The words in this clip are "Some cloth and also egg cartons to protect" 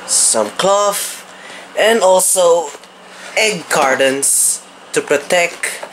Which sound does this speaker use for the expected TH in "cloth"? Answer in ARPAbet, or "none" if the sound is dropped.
F